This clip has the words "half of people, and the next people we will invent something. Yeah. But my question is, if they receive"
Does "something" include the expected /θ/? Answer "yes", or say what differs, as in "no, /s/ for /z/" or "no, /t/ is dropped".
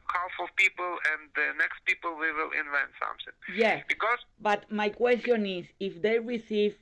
no, /s/ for /θ/